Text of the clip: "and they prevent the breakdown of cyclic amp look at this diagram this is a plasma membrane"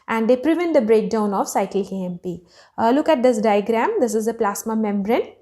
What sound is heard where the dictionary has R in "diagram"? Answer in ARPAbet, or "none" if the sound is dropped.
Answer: R